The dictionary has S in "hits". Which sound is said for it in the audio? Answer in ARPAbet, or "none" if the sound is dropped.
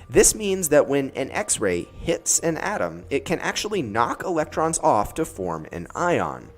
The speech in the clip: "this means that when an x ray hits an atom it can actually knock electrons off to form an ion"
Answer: S